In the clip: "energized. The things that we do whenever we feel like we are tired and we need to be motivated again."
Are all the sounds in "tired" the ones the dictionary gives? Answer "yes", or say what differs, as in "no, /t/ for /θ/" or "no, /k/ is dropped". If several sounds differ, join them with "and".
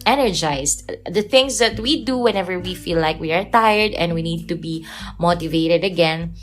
yes